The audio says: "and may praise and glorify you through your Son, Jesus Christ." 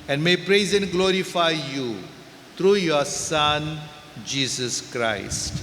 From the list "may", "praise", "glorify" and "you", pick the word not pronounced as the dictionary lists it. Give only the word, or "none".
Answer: none